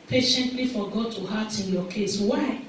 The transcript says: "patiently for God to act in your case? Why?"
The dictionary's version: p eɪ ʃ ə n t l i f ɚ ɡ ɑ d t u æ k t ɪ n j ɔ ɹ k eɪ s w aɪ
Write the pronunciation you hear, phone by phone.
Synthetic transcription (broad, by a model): p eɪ ʃ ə n t l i f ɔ ɡ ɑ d t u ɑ t ɪ n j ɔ k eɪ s w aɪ